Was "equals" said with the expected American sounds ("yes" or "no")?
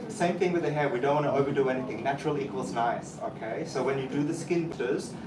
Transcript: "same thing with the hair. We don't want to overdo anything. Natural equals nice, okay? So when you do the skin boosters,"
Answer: yes